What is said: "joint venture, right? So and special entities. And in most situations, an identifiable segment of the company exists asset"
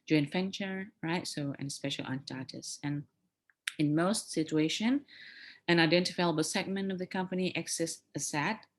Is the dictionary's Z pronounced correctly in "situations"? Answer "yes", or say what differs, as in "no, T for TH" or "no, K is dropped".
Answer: no, Z is dropped